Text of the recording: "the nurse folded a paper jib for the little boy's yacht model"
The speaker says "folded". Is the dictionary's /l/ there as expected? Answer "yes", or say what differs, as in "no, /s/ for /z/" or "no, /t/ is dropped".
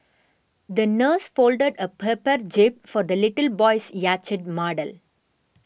yes